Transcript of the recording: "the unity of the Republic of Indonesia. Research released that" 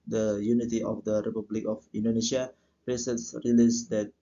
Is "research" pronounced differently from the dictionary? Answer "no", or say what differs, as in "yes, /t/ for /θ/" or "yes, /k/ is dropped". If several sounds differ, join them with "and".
yes, /s/ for /tʃ/